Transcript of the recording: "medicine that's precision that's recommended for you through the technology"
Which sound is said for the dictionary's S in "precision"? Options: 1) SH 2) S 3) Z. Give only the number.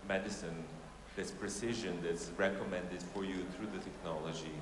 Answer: 2